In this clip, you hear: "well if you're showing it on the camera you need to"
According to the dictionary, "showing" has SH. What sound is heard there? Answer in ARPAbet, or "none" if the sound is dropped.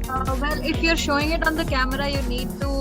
SH